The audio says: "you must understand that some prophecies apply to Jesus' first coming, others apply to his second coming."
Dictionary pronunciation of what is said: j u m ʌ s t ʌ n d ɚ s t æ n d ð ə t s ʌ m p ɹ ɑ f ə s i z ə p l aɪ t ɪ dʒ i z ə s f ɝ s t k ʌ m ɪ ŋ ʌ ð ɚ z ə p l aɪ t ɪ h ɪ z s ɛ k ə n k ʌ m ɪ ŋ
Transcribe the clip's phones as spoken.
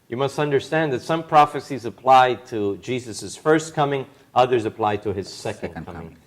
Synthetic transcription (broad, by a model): j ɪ m ʌ s t ʌ n d ɚ s t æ n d ð ə t s ʌ m p ɹ ɑ f ə s i z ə p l aɪ t ɪ dʒ i z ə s f ɝ s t k ʌ m ɪ ŋ ʌ ð ɚ z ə p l aɪ t ɪ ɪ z s ɛ k ə n k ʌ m ɪ ŋ